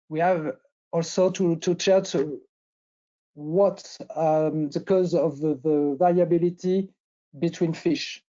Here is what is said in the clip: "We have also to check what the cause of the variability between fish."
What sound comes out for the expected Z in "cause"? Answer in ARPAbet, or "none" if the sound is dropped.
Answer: Z